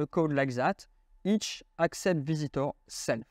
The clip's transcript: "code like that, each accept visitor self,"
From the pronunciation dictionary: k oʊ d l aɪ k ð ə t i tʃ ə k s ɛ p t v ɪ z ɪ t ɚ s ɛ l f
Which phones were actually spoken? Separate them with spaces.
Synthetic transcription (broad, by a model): k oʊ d l aɪ k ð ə t i tʃ ə k s ɛ p t v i z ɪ t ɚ s ɛ l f